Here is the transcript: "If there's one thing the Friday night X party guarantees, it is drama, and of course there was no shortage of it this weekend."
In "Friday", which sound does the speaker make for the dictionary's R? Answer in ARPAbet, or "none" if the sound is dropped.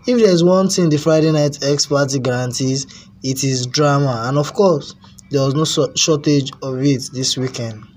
R